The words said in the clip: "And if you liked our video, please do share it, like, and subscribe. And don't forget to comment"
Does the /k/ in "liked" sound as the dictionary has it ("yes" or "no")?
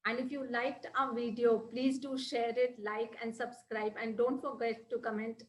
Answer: yes